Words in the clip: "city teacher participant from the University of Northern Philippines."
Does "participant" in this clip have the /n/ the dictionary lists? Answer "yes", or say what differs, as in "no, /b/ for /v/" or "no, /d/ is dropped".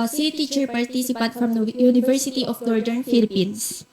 no, /n/ is dropped